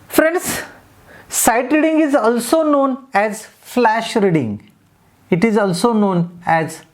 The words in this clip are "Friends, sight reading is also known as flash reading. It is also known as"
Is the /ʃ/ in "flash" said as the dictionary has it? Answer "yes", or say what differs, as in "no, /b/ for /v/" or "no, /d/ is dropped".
yes